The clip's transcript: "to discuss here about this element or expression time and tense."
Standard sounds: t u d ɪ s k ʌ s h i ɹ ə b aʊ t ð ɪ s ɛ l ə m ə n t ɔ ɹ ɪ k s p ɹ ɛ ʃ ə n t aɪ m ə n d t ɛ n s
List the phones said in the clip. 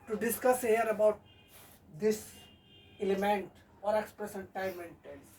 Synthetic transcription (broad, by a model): t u d ɪ s k ʌ s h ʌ ɹ ə b aʊ t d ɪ s ɛ l ə m ə n t ɔ ɹ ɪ k s p ɹ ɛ s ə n t aɪ m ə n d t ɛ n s